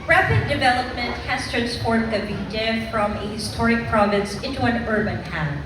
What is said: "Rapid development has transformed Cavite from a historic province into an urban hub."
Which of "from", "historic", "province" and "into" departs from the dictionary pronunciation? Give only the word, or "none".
none